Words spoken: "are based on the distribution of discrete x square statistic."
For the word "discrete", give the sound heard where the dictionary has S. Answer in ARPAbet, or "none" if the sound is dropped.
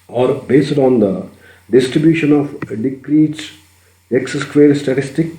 none